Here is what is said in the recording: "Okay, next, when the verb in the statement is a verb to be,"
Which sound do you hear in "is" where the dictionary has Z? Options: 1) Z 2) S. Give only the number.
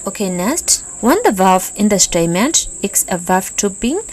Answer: 2